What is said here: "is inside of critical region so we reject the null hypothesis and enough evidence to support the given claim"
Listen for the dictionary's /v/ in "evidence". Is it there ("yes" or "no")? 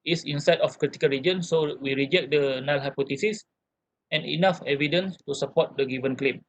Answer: yes